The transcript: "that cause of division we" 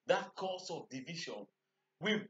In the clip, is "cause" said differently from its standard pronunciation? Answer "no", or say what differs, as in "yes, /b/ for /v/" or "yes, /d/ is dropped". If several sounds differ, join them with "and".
yes, /s/ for /z/